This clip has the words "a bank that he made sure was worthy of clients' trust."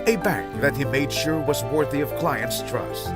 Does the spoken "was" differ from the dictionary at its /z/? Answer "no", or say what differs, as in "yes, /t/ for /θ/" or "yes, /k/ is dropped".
no